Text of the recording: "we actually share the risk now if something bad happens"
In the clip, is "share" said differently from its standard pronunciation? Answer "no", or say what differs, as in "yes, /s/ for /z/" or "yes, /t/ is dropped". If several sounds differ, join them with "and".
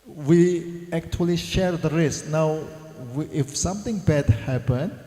no